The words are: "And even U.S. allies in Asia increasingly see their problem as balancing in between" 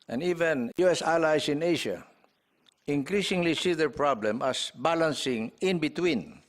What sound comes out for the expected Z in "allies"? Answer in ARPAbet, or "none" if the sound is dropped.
S